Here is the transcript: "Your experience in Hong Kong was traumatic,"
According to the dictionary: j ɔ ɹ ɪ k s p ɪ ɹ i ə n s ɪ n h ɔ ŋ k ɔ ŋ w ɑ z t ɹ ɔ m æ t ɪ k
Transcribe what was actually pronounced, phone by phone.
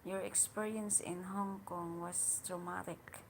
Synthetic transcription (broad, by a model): j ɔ ɹ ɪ k s p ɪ ɹ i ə n s ɪ n h ɔ ŋ k ɔ ŋ w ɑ s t ɹ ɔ m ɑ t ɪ k